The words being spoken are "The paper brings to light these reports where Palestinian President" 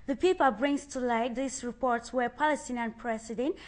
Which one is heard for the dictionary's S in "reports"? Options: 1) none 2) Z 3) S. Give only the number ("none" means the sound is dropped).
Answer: 3